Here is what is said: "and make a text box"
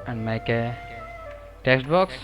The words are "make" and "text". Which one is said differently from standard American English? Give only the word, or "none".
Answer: none